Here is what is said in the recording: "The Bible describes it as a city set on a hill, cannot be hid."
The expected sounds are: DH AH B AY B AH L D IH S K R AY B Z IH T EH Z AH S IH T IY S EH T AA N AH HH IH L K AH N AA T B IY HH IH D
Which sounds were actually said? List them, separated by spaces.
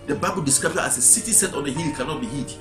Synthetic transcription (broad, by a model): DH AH B AY B AH L D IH S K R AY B IH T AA S AH S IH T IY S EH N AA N AH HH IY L K AH N AA T B IY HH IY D